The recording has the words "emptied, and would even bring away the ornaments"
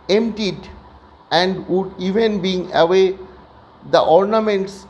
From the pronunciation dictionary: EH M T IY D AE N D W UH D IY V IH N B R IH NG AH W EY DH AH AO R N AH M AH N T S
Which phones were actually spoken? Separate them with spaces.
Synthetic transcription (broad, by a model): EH M T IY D AE N D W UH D IY V IH N B IY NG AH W EY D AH AO R N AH M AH N T S